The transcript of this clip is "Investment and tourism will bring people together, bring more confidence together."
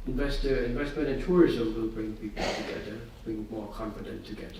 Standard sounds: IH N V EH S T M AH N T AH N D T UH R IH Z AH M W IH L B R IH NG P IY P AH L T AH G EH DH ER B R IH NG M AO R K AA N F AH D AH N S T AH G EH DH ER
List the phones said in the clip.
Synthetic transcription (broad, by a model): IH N V EH S T M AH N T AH N T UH R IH Z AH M W IH L B R IH NG P IY P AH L T AH G EH DH ER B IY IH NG M AO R K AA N F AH D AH N T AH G EH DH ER